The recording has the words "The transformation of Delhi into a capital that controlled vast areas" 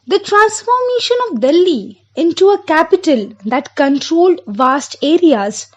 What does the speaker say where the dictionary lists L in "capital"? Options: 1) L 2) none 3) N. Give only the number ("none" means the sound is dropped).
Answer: 1